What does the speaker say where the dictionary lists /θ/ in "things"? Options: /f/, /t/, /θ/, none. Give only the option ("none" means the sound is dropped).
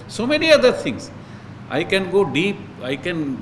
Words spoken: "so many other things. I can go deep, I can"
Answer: /t/